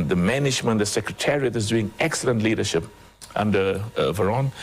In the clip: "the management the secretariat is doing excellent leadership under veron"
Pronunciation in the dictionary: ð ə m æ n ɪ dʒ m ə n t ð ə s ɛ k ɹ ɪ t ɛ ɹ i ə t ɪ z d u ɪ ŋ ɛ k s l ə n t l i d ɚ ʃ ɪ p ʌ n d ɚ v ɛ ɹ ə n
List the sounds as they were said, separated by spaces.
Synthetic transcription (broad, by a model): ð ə m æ n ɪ dʒ m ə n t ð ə s ɛ k ɹ ɪ t ɛ ɹ i ə t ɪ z d u ɪ ŋ ɛ k s l ə n t l i d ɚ ʃ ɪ p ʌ n d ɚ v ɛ ɹ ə n